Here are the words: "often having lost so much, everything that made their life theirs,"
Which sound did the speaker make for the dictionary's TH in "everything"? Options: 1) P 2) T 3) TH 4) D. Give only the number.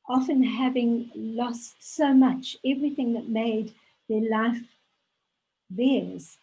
3